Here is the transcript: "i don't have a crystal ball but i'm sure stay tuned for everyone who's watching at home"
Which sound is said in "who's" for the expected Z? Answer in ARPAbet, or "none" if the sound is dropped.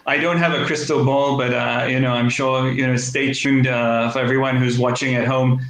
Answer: Z